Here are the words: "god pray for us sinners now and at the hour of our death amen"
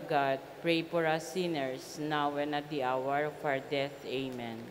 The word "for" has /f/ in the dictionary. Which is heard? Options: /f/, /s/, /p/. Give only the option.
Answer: /p/